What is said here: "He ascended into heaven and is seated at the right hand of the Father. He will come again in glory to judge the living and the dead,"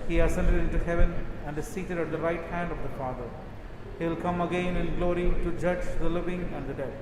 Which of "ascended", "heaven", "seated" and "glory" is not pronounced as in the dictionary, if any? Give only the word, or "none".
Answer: none